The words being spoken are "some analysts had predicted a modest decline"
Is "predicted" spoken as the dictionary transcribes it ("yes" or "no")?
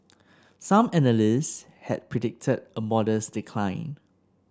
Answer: yes